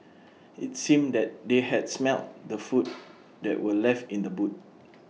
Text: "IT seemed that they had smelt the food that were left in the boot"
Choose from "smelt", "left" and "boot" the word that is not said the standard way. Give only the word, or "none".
none